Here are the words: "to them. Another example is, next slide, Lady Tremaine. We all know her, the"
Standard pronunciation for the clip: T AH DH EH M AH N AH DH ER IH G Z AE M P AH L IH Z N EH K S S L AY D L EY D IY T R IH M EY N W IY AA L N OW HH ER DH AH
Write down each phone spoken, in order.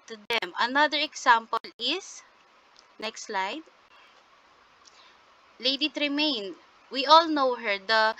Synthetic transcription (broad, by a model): T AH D EH M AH N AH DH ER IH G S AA M P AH L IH S N EH K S S L AY D L EY D IY T R IH M EY N W IY AA L N OW HH ER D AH